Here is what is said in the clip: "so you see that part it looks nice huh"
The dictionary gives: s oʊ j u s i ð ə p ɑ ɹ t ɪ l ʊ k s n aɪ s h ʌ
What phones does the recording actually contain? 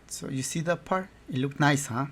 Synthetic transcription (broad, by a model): s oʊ j u s i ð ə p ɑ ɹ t ɪ l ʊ k n aɪ s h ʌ